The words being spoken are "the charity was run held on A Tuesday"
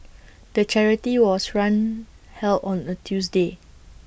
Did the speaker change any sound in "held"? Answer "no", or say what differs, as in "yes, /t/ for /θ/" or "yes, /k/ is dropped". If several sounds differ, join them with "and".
yes, /d/ is dropped